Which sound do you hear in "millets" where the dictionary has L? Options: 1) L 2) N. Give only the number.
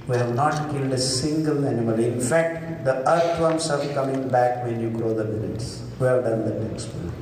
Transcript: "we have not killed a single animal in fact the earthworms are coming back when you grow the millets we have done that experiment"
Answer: 2